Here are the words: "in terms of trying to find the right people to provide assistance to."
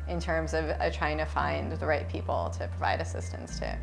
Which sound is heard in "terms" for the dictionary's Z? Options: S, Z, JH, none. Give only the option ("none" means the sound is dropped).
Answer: Z